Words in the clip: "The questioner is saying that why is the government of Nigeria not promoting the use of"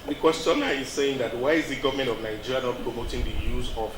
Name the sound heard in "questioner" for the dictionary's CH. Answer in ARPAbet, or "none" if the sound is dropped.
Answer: none